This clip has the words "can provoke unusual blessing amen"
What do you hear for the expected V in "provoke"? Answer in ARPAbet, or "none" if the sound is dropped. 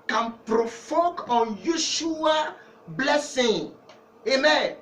F